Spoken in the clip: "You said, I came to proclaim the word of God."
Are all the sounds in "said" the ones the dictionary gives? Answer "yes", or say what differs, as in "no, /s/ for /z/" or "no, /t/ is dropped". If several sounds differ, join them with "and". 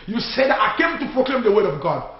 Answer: yes